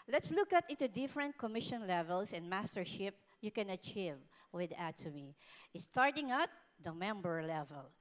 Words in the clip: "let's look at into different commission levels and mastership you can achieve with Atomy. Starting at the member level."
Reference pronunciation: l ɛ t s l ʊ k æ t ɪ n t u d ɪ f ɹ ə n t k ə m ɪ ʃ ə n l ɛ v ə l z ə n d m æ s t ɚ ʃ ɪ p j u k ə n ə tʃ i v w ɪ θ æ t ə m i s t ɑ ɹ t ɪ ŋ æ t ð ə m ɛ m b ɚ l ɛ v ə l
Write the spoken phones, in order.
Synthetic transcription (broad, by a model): l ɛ t s l ʊ k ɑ t ɪ n t u d ɪ f ɹ ə n t k ə m ɪ ʃ ə n l ɛ v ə l s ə n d m æ s t ɚ ʃ ɪ p j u k ə n ə tʃ i v w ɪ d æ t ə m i s t ɑ ɹ t ɪ ŋ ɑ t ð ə m ɛ m b ɚ l ɛ v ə l